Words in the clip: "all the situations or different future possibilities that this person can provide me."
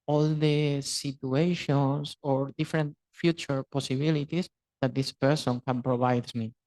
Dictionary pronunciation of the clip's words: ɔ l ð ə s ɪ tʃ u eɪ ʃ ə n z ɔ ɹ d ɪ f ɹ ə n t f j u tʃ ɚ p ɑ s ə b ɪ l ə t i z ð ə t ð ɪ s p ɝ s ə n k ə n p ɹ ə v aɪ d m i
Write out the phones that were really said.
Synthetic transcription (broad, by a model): ɔ l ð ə s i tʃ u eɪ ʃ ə n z ɔ ɹ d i f ɹ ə n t f j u tʃ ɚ p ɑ s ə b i l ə t i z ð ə t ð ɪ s p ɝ s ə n k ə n p ɹ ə b aɪ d m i